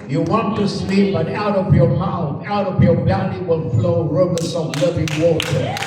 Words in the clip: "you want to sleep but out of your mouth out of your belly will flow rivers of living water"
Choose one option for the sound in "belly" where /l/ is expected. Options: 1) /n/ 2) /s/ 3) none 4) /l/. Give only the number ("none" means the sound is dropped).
1